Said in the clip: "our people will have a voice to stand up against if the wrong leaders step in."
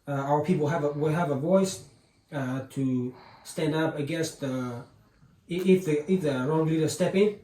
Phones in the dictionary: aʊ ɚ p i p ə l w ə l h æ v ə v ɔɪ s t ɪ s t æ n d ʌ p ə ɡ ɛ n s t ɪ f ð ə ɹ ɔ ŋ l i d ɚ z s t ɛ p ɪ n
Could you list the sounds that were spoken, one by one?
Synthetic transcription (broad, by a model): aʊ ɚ p i p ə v w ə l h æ v ə v ɔɪ s t ɪ s t æ n d ʌ p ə ɡ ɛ n s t ɪ f ð ə ɹ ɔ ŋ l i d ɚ s t ɛ p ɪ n